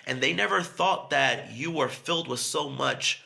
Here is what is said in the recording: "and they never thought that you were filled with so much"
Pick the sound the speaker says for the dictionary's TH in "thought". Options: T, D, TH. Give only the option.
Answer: TH